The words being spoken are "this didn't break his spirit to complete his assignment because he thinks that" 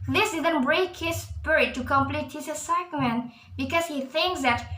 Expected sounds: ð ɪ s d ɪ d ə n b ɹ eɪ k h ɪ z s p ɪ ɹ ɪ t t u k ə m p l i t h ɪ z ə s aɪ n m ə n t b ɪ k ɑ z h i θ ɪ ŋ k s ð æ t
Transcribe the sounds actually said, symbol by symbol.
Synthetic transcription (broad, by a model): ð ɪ s d ɪ d ə n b ɹ eɪ k h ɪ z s p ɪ ɹ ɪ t t u k ə m p l i t h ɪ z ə s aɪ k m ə n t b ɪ k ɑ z h i θ ɪ ŋ k s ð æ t